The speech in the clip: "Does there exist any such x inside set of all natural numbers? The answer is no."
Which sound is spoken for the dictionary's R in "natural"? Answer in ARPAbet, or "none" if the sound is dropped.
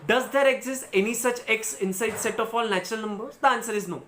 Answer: R